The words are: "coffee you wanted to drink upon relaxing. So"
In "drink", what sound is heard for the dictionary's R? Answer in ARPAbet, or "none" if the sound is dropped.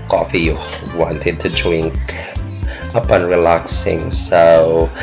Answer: W